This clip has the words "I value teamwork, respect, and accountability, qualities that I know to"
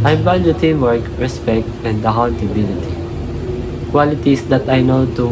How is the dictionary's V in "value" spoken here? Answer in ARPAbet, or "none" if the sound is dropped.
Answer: B